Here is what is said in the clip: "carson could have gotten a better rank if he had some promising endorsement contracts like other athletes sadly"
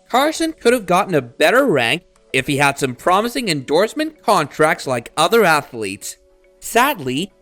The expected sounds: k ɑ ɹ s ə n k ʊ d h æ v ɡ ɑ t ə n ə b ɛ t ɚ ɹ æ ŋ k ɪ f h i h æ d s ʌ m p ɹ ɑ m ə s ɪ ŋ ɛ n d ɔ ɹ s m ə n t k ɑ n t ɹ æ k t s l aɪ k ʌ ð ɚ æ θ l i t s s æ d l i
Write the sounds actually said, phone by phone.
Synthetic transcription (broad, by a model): k ɑ ɹ s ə n k ʊ d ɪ v ɡ ɑ t n ə b ɛ t ɚ ɹ æ ŋ k ɪ f h i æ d s ʌ m p ɹ ɑ m ə s ɪ ŋ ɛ n d ɔ ɹ s m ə n k ɑ n t ɹ æ k t s l aɪ k ʌ ð ɚ æ θ l i t s s æ d l i